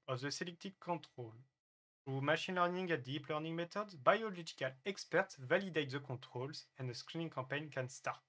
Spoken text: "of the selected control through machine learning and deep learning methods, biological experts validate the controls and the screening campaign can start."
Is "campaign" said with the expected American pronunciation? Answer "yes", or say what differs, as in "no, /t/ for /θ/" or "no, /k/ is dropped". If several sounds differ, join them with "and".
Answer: no, /m/ is dropped